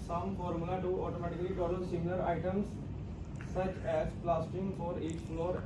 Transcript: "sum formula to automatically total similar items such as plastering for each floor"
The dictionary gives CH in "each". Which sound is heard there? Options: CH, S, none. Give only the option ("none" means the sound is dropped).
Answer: S